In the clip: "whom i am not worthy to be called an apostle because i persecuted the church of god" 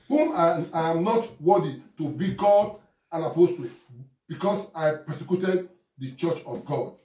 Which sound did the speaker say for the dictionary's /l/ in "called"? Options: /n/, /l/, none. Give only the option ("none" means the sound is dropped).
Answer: none